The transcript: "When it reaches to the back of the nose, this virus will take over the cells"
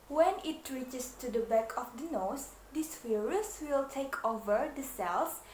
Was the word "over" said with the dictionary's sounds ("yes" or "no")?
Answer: yes